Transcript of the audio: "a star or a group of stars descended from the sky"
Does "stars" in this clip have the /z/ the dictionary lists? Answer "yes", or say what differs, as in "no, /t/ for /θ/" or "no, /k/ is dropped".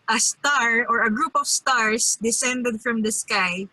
no, /s/ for /z/